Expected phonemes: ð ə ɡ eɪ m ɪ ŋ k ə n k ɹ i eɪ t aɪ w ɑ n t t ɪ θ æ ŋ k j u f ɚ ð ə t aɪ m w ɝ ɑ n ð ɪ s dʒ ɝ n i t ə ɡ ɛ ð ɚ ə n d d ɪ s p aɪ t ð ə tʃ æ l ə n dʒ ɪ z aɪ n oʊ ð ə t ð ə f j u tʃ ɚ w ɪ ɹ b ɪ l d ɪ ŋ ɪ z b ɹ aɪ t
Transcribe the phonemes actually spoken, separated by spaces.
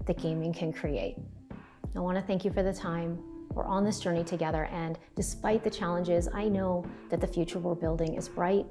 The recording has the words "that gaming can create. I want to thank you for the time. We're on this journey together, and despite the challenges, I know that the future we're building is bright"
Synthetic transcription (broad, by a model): ð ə ɡ eɪ m ɪ ŋ k ə n k ɹ i eɪ t aɪ w ɑ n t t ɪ θ æ ŋ k j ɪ f ɚ ð ə t aɪ m w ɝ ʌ n ð ɪ s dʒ ɝ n i t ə ɡ ɛ ð ɚ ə n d d ɪ s p aɪ t ð ə tʃ æ l ə n dʒ ɪ z aɪ n oʊ ð ə t ð ə f j u tʃ ɚ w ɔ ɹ b ɪ l d ɪ ŋ ɪ z b ɹ aɪ t